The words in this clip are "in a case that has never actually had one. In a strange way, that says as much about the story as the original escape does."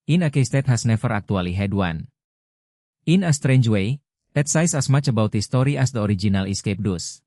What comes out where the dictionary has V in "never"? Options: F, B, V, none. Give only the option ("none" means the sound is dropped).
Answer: F